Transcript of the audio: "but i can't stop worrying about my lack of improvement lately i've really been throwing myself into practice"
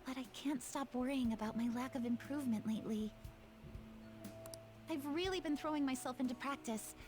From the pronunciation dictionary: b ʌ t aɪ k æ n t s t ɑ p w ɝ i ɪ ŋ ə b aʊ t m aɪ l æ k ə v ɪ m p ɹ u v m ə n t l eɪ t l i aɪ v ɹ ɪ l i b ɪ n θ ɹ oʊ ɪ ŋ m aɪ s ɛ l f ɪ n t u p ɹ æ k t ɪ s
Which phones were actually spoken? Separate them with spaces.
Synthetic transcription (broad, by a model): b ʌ t aɪ k æ n t s t ɑ p w ɝ i ɪ ŋ ə b aʊ t m aɪ l æ k ə v ɪ m p ɹ u v m ə n t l eɪ t l i aɪ v ɹ ɪ l i b ɪ n θ ɹ oʊ ɪ ŋ m aɪ s ɛ l f ɪ n t u p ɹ æ k t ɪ s